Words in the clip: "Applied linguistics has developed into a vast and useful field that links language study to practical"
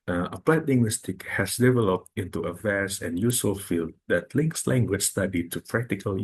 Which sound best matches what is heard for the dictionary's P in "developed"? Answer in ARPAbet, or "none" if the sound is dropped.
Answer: P